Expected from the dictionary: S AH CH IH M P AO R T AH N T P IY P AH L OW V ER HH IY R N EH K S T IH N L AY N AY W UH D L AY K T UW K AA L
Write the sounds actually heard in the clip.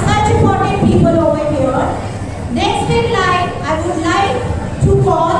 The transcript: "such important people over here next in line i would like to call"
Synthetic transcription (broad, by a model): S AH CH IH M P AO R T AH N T P IY P AH L OW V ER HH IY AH N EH K S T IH L AY AY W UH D L AY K T UW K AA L